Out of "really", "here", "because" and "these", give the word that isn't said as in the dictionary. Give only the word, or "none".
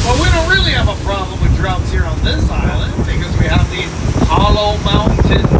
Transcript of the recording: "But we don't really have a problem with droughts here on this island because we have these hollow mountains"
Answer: these